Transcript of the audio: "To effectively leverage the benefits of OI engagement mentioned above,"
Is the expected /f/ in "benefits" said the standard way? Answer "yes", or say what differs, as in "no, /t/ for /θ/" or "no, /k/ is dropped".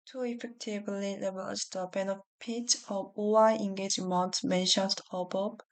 no, /p/ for /f/